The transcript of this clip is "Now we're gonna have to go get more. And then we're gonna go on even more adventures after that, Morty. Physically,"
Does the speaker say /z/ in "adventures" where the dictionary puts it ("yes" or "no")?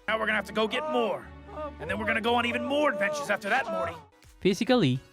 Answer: yes